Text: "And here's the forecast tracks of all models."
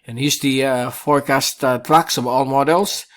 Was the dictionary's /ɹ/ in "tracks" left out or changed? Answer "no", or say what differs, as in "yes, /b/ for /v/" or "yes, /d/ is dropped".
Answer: yes, /l/ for /ɹ/